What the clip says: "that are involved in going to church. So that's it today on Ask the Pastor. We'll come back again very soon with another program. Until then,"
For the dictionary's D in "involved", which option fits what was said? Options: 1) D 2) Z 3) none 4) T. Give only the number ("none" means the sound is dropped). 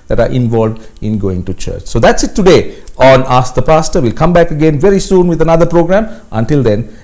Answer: 1